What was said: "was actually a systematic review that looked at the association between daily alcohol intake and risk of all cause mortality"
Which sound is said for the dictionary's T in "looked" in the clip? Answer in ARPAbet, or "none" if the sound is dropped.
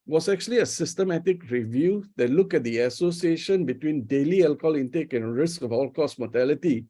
none